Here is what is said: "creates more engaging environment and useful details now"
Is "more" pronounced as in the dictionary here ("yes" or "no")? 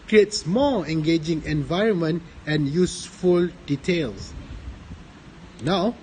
no